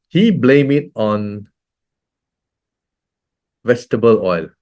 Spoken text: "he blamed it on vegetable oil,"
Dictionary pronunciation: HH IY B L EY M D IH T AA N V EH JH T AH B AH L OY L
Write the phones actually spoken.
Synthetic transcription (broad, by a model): HH IY B L EY M IH T AA N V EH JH T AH B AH L OY L